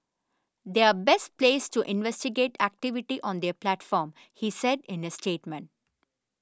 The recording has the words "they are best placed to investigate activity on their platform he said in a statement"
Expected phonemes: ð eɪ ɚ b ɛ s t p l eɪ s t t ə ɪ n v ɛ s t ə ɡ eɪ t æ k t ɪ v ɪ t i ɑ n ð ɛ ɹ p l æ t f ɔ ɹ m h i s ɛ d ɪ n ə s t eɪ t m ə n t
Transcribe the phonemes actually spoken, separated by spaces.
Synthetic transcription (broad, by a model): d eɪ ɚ b ɛ s t p l eɪ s t t ɪ n v ɛ s t ə ɡ eɪ t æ k t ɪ v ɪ t i ɑ n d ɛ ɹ p l æ t f ɔ ɹ m h i s ɛ d ɪ n ə s t eɪ t m ə n t